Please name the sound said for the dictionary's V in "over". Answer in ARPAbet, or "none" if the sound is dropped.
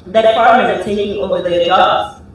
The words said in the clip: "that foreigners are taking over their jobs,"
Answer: V